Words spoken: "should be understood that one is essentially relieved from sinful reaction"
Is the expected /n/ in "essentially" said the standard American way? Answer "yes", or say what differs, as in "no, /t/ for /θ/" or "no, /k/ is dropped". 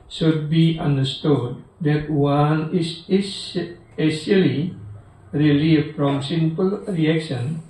no, /n/ is dropped